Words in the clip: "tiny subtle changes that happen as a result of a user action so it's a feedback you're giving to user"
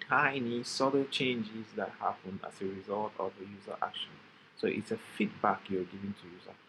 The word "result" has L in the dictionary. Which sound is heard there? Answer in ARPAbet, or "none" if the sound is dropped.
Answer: L